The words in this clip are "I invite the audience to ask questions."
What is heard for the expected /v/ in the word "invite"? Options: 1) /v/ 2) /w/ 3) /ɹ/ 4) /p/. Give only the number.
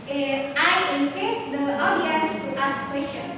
4